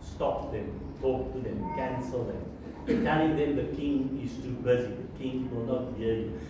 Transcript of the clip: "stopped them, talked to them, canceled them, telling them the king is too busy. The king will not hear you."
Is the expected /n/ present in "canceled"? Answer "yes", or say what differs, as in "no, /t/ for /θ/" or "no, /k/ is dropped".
yes